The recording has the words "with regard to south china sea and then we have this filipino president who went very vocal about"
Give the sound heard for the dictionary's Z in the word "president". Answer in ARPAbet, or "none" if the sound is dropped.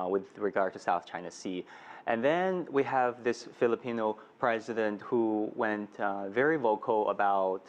Z